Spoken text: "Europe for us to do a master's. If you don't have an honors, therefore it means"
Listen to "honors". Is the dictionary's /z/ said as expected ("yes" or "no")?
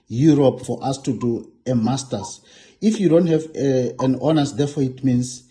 no